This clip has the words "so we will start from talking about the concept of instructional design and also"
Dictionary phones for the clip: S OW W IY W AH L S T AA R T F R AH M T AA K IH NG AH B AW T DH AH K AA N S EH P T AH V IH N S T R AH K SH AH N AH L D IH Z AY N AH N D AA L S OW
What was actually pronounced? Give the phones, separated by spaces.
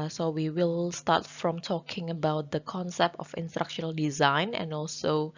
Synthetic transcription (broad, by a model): S OW W IY W AH L S T AA T F R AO M T AA K IH NG AH B AW T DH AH K AA N S EH P T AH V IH N S T R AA K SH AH N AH L D IH Z AY N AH N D AA L S OW